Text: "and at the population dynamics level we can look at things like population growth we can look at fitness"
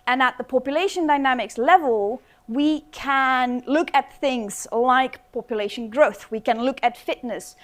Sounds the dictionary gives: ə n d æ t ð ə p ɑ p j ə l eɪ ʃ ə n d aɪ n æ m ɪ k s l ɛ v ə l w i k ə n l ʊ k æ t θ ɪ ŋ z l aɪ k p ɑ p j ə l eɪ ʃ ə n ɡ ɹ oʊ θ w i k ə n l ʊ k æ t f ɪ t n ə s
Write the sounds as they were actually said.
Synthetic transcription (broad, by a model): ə n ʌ t ð ə p ɑ p j ə l eɪ ʃ ə n d aɪ n æ m ɪ k s l ɛ v ə l w i k ə n l ʊ k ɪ t θ ɪ ŋ z l aɪ k p ɑ p j ə l eɪ ʃ ə n ɡ ɹ oʊ θ w i k ə n l ʊ k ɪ t f ɪ t n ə s